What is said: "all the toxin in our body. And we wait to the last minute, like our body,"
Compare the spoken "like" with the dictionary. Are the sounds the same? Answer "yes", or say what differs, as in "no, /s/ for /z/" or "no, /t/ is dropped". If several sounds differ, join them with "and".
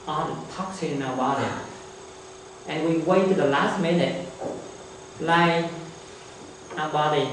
no, /k/ is dropped